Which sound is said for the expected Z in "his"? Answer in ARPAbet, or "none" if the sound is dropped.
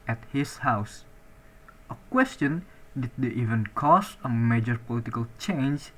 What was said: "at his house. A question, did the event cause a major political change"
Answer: S